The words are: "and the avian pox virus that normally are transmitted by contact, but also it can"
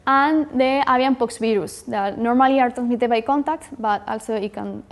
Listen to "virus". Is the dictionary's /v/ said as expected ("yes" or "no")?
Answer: no